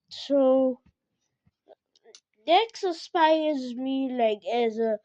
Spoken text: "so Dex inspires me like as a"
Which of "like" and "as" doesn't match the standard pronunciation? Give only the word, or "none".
none